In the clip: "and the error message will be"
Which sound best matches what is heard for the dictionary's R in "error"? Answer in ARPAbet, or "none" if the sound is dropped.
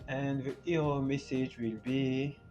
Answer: none